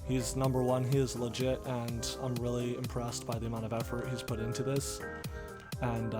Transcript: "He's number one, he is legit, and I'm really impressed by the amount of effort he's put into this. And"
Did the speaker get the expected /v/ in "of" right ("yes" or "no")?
yes